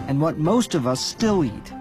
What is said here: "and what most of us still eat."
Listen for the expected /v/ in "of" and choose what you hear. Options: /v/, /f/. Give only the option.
/v/